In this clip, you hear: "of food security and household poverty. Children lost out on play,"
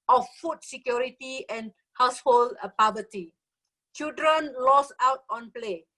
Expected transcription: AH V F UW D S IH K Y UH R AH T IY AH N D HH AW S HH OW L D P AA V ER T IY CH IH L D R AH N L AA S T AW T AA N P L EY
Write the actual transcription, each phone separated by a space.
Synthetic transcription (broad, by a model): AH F F UW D S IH K Y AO R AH T IY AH N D HH AW S HH OW L D P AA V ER T IY CH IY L D R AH N L AA S AW T AA N P L EY